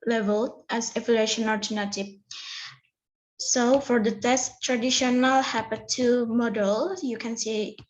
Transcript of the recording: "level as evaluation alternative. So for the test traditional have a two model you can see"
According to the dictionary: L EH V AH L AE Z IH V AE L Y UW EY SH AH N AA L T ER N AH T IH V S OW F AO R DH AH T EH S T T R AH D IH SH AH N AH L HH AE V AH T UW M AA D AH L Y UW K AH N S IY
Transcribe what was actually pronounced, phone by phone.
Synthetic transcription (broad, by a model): L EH V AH L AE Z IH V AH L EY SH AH N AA T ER N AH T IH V S OW F AO R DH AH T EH S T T R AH D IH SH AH N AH L HH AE P AH T UW M AA D AH L Y UW K AH N S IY